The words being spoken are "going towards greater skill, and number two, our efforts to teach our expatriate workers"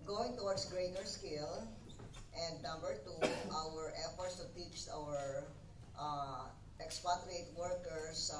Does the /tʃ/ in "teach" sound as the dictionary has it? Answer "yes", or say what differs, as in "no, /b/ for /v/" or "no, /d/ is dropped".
no, /s/ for /tʃ/